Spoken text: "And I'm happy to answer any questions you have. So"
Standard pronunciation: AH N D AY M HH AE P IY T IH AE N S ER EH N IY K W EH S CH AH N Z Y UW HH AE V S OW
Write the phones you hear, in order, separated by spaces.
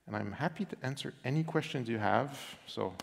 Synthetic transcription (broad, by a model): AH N AY M HH AE P IY T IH AE N S ER EH N IY K W EH S CH AH N Z Y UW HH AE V S OW